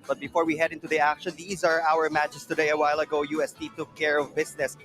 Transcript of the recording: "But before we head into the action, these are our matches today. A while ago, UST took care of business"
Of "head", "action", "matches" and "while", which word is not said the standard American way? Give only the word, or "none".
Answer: matches